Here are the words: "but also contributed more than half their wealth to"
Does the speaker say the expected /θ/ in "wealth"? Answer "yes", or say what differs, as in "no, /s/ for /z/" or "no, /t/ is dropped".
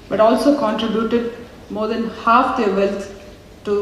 no, /t/ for /θ/